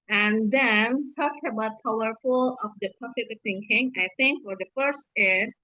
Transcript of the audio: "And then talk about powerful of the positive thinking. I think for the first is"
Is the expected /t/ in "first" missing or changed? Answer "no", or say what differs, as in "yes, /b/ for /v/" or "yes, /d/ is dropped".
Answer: no